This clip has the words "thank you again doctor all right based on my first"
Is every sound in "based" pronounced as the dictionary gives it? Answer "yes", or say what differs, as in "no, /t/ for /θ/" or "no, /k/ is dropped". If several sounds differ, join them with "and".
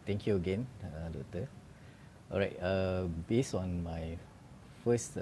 no, /t/ is dropped